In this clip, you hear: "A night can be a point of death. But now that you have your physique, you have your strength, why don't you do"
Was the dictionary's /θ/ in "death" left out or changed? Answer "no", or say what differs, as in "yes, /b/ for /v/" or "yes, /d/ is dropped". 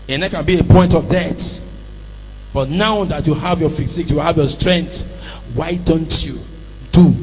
yes, /t/ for /θ/